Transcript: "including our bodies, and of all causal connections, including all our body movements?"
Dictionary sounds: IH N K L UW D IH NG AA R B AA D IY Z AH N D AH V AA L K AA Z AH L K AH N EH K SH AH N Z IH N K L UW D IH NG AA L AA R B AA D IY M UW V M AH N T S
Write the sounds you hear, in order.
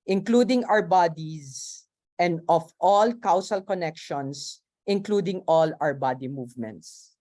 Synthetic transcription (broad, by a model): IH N K L UW D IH NG AA R B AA D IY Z AH N D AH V AA L K AA S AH L K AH N EH K SH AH N S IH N K L UW D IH NG AA L AA R B AA D IY M UW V M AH N T S